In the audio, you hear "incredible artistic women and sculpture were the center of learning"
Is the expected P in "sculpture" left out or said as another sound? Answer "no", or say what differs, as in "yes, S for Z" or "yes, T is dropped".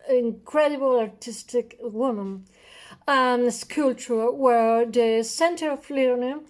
yes, P is dropped